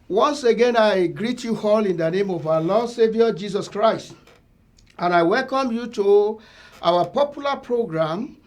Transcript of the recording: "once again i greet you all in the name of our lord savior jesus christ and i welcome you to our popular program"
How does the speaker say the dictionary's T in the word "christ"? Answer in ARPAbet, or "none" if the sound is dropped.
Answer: T